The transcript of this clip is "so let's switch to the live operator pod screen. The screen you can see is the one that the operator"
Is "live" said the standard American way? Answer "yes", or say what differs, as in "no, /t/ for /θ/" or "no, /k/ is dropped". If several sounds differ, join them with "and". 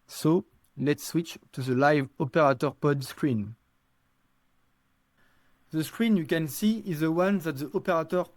yes